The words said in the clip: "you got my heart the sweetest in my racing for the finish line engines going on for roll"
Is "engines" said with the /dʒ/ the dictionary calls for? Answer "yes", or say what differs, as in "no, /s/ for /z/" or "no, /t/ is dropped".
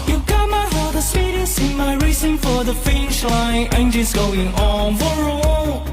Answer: no, /ʃ/ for /dʒ/